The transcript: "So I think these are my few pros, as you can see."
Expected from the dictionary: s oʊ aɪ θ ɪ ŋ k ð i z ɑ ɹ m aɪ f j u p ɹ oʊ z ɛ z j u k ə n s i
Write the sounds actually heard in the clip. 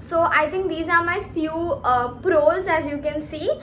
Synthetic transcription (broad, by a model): s oʊ aɪ t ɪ ŋ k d i z ɑ ɹ m aɪ f j u p ɹ oʊ z ɛ z j u k ə n s i